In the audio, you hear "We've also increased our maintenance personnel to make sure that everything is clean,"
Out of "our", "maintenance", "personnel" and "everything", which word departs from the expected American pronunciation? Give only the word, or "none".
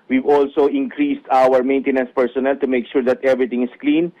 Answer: everything